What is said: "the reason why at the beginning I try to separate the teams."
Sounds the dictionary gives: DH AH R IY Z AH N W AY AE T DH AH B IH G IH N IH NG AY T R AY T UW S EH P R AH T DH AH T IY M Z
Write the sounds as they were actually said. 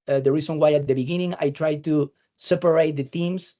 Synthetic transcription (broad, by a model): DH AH R IY S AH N W AY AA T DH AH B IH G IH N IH NG AY T R AY T UW S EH P R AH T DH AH T IY M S